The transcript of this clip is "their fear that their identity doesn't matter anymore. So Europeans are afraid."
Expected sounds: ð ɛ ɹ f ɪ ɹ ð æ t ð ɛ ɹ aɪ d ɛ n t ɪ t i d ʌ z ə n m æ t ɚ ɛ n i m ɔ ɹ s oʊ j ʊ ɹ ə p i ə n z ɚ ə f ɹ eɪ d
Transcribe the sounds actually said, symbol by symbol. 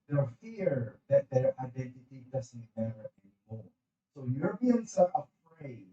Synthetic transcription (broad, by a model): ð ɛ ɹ f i ɹ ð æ t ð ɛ ɹ aɪ d ɛ n t ɪ t i d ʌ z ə n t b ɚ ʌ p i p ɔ l s oʊ j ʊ ɹ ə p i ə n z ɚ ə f ɹ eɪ